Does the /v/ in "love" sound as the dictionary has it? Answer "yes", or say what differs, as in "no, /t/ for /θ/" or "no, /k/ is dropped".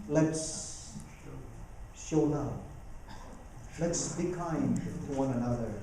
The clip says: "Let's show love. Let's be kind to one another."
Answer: no, /p/ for /v/